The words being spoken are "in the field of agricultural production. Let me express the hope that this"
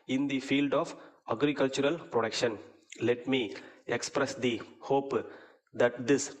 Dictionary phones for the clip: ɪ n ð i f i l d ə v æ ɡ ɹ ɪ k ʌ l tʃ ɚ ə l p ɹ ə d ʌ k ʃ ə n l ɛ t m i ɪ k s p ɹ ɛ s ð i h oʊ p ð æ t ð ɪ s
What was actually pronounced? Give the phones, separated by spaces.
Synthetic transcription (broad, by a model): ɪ n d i f i l d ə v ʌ ɡ ɹ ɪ k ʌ l tʃ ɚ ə l p ɹ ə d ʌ k ʃ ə n l ɛ t m i ɪ k s p ɹ ɛ s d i h oʊ p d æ t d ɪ s